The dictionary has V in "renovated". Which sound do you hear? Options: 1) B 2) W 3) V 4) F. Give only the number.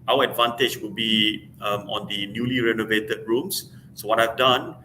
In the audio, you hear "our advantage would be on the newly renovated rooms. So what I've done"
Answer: 3